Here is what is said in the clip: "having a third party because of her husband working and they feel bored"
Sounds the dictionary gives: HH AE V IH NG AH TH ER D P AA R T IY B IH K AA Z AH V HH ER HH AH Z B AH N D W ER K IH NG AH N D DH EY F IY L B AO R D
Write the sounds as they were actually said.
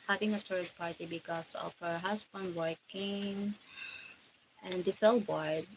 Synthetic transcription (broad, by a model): HH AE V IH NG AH T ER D P AA R T IY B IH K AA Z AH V HH ER HH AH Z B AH N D W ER K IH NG AH N D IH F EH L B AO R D